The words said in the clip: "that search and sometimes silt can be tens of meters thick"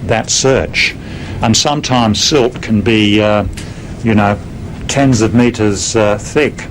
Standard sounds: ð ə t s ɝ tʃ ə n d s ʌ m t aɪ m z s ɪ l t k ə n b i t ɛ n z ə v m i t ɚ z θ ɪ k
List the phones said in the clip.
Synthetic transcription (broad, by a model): ð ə t s ɝ tʃ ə n s ʌ m t aɪ m z s ɪ l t k ə n b i t ɛ n z ə v m i t ɚ z θ ɪ k